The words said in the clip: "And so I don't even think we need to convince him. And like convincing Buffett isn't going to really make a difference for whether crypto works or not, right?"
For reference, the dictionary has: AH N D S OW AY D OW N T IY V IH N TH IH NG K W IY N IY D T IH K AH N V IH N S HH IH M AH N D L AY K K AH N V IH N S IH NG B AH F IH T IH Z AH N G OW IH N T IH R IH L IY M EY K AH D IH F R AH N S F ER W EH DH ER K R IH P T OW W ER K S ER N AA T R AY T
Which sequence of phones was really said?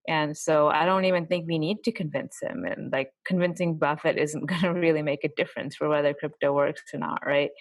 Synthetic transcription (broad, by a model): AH N S OW AY D OW N T IY V IH N TH IH NG K W IY N IY D T IH K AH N V IH N S HH IH M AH N L AY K K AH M V IH N S IH NG B AH F IH T IH Z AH N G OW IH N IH R IH L IY M EY K AH D IH F R AH N S F ER W EH DH ER K R IH P T OW W ER K S ER N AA T R AY T